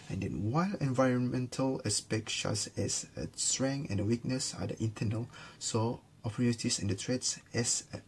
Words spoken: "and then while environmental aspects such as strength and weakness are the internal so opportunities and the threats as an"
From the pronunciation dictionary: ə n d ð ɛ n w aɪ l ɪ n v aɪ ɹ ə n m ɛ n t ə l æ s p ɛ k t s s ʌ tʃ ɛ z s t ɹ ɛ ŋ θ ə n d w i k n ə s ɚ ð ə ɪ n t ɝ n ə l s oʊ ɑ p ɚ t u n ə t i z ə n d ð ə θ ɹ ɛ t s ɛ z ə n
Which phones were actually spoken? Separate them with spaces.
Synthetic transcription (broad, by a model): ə n d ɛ n w aɪ l ɪ n v aɪ ɹ ə n m ɛ n t ə l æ s p ɛ k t ʃ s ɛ s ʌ s t ɹ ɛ ŋ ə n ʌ w i k n ə s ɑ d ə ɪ n t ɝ n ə l s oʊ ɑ p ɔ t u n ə t i s ə n d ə t ɹ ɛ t s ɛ s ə